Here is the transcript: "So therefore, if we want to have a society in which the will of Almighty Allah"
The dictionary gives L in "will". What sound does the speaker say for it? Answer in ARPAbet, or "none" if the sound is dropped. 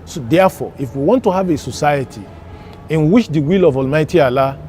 L